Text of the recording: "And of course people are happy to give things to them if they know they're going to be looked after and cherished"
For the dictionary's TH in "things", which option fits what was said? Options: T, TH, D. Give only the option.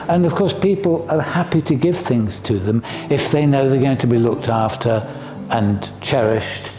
TH